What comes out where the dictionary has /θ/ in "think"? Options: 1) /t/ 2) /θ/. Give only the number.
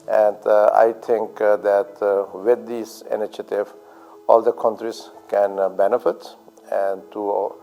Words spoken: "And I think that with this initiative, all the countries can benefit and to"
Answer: 1